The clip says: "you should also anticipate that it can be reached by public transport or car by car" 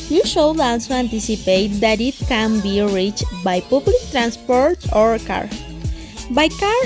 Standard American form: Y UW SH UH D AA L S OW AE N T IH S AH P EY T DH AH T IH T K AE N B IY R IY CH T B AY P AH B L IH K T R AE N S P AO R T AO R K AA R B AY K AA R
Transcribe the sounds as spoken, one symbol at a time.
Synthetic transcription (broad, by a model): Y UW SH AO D AA L S OW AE N T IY S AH P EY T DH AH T IH T K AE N B IY R IY CH T B AY P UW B L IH K T R AE N S P AO R T AO R K AA R B AY K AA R